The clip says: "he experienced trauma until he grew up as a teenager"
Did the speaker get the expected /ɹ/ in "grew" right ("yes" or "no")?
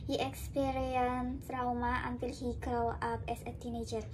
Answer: no